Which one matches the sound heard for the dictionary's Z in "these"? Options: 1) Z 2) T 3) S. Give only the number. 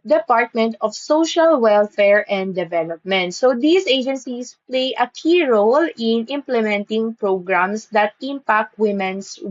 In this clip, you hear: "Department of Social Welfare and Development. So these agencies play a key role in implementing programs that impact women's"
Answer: 3